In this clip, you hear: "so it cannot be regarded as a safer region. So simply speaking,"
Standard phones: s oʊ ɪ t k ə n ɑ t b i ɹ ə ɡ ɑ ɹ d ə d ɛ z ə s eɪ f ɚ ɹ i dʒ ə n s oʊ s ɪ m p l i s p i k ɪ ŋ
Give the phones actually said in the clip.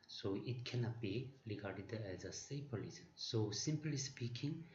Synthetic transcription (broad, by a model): s oʊ ɪ t k ə n ɑ t b i ɹ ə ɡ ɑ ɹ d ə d ɛ z ə s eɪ p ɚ l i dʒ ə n s oʊ s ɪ m p l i s p i k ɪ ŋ